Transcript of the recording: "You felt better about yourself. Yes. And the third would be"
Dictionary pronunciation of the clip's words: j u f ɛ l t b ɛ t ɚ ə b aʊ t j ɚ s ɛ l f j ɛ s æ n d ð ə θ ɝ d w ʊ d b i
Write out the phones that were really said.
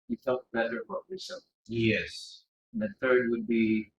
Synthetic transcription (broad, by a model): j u f ɛ l t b ɛ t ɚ ə b aʊ t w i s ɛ j ɛ s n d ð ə θ ɝ d w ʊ d b i